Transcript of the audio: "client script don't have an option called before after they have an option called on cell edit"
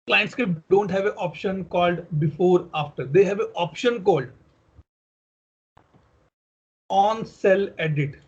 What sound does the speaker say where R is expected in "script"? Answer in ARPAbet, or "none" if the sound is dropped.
none